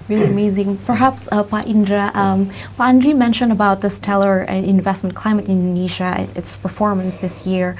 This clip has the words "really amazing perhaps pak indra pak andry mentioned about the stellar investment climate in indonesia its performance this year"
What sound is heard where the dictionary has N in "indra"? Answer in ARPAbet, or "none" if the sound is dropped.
N